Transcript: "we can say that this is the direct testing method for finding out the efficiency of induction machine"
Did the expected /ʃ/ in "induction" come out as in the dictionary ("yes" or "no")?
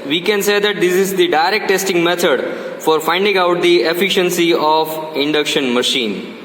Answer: yes